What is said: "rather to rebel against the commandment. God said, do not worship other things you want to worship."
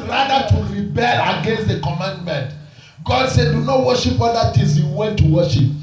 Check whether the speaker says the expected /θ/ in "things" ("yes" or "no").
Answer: no